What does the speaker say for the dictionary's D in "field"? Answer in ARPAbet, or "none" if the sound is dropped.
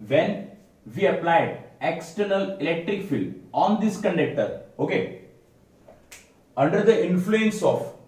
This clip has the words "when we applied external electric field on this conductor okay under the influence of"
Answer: none